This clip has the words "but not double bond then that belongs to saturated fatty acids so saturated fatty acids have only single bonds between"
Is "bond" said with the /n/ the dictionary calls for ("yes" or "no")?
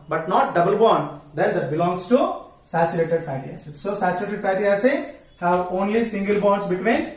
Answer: yes